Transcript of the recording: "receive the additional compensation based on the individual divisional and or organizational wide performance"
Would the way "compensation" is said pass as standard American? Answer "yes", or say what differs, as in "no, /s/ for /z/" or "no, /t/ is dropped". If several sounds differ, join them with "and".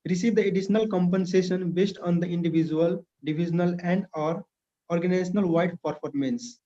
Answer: yes